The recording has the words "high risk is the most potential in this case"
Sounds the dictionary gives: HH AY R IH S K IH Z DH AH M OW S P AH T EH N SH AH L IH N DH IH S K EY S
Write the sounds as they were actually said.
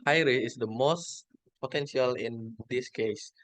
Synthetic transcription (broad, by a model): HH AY R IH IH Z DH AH M OW S P AH T EH N SH AH L IH N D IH S K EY S